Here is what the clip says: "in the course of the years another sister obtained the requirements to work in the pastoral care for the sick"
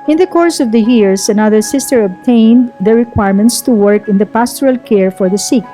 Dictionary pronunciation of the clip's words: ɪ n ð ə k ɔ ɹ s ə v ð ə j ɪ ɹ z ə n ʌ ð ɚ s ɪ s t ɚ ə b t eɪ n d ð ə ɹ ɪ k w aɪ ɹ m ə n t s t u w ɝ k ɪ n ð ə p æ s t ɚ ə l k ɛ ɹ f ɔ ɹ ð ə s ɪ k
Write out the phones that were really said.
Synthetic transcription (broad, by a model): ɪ n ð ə k ɔ ɹ s ə v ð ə j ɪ ɹ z ə n ʌ ð ɚ s ɪ s t ɚ ə b t eɪ n d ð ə ɹ ɪ k w aɪ ɹ m ə n t s t u w ɝ k ɪ n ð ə p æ s t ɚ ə l k ɛ ɹ f ɔ ɹ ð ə s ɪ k